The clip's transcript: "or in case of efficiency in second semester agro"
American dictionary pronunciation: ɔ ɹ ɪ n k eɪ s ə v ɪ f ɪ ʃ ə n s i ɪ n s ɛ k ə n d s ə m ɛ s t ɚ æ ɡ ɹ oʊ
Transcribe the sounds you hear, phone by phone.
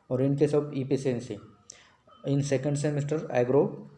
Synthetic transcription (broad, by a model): ɔ ɹ ɪ n k eɪ s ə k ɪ p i s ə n s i ɪ n s ɛ k ə n d s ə m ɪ s t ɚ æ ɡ ɹ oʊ